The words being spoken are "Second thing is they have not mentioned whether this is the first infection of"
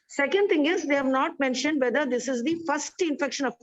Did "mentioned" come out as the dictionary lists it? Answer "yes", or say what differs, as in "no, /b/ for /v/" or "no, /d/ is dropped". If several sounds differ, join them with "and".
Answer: yes